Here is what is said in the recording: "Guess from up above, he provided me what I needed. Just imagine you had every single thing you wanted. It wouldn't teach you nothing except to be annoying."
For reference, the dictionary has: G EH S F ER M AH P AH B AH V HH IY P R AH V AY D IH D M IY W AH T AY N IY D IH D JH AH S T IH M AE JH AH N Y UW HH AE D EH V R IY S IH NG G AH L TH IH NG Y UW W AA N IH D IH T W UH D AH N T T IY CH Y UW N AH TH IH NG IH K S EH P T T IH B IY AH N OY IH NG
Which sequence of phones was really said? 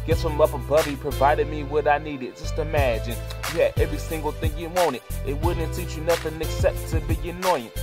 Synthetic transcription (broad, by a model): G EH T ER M AH P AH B AH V IY P R AH V AY D IH D M IY W AH T AY N IY D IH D JH AH S T IH M AE JH AH N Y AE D EH V R IY S IH NG G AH L TH IH NG Y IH W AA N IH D IH T W UH D N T T IY CH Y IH N AH TH IH NG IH K S EH P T T IH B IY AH N OY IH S